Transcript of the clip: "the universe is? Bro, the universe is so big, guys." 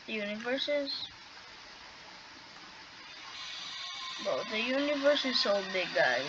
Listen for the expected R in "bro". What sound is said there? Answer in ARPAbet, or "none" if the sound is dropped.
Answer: none